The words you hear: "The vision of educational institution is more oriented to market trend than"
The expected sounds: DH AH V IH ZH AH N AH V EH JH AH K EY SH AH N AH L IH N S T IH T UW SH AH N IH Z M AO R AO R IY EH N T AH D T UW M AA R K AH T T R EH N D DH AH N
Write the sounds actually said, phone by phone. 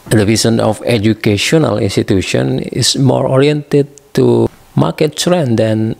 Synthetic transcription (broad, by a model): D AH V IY S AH N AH F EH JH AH K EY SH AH N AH L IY N S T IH T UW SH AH N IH S M AO R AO R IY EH N T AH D T UW M AA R K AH T S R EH N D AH N